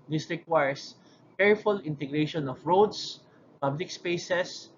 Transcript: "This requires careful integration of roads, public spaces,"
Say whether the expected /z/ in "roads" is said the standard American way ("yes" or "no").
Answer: no